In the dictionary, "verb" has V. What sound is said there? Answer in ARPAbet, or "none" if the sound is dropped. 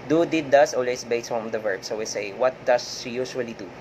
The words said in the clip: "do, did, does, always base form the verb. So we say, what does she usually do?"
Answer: V